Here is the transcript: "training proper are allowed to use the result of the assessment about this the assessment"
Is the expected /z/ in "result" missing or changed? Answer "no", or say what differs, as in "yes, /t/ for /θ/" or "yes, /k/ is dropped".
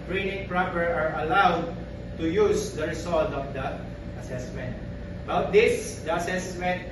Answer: yes, /s/ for /z/